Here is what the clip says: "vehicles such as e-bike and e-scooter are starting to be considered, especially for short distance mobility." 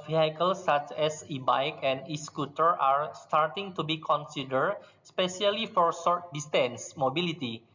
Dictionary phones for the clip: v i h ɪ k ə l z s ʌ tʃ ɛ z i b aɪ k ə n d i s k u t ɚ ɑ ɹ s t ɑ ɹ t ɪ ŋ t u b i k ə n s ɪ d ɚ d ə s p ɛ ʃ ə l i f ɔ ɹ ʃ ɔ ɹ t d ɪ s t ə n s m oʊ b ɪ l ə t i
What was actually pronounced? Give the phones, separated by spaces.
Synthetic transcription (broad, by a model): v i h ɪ k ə l s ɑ tʃ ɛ s i b aɪ k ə n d i s k u t ɚ ɑ ɹ s t ɑ ɹ t ɪ ŋ t u b i k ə n s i d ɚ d s p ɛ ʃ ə l i f ɔ ɹ s ɔ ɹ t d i s t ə n s m oʊ b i l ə t i